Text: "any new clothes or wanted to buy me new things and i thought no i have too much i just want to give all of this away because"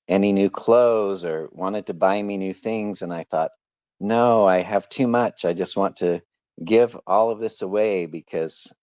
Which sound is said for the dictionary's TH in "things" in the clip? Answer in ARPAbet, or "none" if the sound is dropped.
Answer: TH